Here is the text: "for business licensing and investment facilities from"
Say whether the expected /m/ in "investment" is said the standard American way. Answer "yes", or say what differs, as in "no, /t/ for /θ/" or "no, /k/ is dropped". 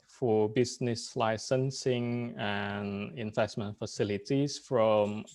yes